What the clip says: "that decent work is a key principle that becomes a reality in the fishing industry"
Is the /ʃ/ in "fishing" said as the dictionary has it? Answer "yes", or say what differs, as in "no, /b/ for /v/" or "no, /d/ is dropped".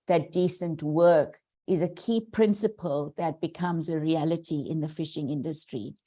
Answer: yes